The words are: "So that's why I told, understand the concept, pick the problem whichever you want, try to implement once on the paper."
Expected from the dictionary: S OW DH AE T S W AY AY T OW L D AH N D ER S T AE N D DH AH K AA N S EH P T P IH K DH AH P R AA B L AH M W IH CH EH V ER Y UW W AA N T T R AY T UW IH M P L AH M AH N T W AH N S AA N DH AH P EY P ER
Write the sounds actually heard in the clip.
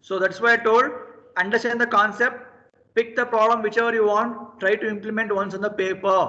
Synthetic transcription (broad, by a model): S OW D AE T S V AY AY T OW L D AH N D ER S T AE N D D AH K AA N S EH P T P IH K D AH P R AA B L AH M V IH CH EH V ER Y UW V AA N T T R AY T UW IH M P L AH M AH N T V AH N S AA N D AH P EY P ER